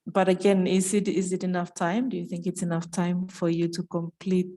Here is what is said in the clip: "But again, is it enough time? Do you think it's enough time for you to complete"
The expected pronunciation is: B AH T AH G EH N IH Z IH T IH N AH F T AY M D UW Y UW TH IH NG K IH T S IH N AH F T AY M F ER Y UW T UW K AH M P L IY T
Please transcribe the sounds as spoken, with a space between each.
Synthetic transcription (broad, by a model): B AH T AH G EH N IH Z IH T IH N AH F T AY M D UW Y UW TH IH NG K IH T S IH N AH F T AY M F ER Y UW T UW K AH M P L IY T